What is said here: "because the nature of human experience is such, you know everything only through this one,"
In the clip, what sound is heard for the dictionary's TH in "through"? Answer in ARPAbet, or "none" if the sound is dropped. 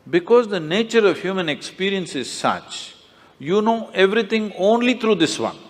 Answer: T